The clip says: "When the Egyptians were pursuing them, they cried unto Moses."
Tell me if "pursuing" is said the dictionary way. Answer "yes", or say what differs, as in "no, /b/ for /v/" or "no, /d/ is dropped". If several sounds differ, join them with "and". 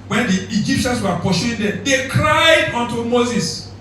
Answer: no, /ʃ/ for /s/